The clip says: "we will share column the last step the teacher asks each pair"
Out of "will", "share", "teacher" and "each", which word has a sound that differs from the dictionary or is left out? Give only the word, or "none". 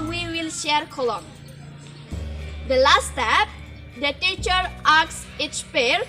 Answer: each